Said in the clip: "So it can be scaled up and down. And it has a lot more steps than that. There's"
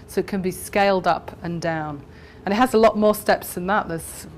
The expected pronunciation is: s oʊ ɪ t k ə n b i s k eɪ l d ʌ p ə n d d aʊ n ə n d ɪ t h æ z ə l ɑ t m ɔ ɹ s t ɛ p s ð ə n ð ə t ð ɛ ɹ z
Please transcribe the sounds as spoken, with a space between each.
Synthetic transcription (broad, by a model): s oʊ ɪ t k ə n b i s k eɪ l d ʌ p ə n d d aʊ n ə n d ɪ t h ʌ z ə l ɑ t m ɔ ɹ s t ɛ p s ð ə n ð ə t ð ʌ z